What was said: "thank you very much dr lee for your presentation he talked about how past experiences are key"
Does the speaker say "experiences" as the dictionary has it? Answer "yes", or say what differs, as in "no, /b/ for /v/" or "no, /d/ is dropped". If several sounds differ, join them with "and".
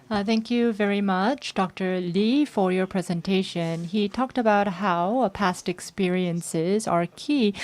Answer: yes